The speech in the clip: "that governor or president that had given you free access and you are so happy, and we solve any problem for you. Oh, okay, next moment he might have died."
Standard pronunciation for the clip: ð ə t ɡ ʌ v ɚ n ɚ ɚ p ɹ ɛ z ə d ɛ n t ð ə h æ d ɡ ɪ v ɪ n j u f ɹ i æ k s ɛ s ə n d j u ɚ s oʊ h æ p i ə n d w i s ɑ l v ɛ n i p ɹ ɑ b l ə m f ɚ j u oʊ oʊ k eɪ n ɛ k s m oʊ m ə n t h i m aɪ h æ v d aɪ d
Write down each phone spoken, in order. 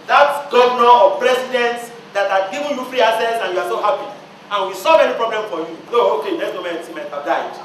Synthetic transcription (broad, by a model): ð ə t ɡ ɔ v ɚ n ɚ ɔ p ɹ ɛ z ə d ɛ n t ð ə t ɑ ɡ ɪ v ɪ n j u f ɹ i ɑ s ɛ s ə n j u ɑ s oʊ h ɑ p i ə n w i s ɑ l v ɛ n i p ɹ ɑ b l ə m f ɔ j u oʊ oʊ k eɪ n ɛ s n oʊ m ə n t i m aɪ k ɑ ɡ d aɪ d